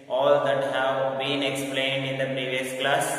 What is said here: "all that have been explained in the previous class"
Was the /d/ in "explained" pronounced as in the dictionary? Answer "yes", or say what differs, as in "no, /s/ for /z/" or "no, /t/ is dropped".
yes